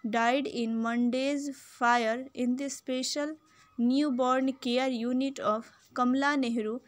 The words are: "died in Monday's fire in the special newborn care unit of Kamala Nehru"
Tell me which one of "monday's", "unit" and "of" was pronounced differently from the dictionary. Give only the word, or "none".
of